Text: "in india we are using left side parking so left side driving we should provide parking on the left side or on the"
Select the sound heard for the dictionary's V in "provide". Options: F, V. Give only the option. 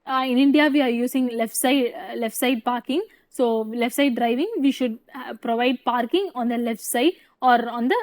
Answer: V